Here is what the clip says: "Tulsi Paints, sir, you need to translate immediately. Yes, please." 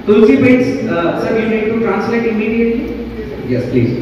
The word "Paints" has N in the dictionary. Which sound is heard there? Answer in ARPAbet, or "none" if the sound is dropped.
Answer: none